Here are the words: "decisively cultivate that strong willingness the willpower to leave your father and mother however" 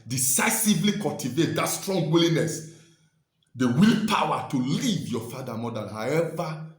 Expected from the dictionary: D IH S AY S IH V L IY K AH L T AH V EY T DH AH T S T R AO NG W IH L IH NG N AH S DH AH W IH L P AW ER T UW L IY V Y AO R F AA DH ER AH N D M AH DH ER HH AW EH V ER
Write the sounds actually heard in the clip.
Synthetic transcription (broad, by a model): D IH S AY S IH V L IY K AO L T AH V EY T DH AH T S T R AO NG W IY L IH N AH S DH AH W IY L P AW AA T UW L IY V Y AO F AA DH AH M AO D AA HH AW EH V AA